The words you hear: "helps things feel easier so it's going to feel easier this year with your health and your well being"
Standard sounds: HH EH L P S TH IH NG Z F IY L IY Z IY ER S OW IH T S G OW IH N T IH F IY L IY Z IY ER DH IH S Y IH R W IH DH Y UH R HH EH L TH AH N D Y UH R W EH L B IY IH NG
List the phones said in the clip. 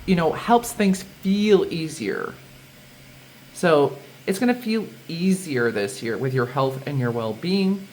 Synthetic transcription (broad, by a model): HH EH L P S TH IH NG Z F IY L IY Z IY ER S OW IH T S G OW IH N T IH F IY L IY Z IY ER DH IH S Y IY R W IH DH Y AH R HH EH L TH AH N Y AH R W EH L B IY IH NG